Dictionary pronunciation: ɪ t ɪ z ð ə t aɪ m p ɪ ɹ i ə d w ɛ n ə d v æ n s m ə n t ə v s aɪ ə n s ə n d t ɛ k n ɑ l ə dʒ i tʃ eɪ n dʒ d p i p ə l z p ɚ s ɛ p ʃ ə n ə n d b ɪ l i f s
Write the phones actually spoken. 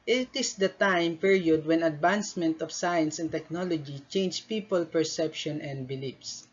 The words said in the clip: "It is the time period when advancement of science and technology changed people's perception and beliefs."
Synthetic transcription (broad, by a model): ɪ t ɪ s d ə t aɪ m p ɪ ɹ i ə d w ɛ n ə d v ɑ n s m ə n t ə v s aɪ ə n s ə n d t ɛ k n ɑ l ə dʒ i tʃ eɪ n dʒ p i p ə l p ɚ s ɛ p ʃ ə n ə n d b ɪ l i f s